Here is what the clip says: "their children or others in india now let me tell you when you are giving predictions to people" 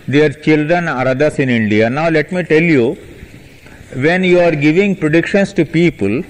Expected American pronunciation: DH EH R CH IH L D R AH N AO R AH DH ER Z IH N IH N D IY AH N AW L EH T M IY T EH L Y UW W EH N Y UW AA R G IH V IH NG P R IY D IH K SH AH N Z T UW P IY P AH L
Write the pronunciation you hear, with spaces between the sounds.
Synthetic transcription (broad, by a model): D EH R CH IH L D R AH N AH R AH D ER S IH N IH N D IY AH N AW L EH T M IY T EH L Y UW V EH N Y UW AA R G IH V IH NG P R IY D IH K SH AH N S T UW P IY P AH L